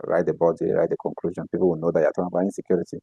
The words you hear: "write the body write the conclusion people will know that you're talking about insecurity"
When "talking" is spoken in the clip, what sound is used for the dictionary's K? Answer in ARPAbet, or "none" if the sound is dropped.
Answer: none